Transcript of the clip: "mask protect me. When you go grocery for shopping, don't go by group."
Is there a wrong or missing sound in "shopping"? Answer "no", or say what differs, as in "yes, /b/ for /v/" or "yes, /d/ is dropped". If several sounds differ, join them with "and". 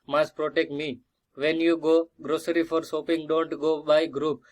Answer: yes, /s/ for /ʃ/